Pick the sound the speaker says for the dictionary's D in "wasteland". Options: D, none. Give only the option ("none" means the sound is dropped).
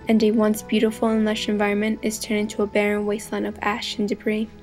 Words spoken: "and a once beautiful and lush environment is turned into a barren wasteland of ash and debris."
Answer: none